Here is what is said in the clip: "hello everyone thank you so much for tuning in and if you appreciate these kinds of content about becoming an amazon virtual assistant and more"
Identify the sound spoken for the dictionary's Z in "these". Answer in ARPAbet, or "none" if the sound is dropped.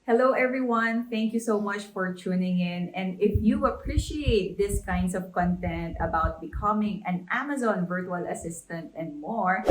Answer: S